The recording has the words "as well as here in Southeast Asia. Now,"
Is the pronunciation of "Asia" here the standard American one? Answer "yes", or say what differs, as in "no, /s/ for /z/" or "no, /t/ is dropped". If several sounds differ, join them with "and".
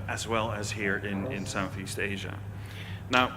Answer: yes